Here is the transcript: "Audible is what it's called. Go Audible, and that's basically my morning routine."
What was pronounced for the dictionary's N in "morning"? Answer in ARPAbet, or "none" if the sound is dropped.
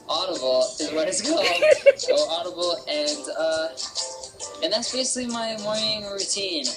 none